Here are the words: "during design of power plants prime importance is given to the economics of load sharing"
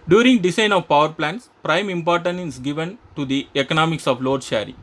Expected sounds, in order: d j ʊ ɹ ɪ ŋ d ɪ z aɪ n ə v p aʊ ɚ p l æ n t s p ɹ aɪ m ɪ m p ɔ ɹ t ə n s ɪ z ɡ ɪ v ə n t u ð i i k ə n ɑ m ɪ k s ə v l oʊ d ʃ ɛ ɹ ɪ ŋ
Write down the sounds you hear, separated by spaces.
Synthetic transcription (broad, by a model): d j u ɹ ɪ ŋ d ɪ s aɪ n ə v p aʊ ɚ p l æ n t s p ɹ aɪ m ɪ m p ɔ ɹ t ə n ɪ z ɡ ɪ v ə n t u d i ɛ k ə n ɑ m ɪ k s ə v l oʊ d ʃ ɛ ɹ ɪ